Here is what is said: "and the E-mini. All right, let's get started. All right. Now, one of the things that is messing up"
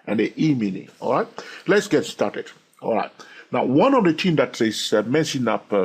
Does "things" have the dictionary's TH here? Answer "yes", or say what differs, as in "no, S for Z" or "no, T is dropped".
no, T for TH